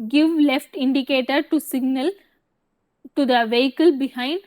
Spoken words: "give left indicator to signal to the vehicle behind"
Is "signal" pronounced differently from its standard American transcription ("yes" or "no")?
no